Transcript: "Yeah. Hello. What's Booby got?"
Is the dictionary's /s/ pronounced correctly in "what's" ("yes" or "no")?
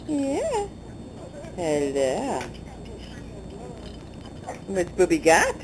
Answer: no